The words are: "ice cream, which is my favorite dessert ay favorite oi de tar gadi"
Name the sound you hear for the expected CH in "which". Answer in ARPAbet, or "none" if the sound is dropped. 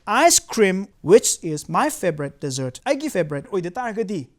CH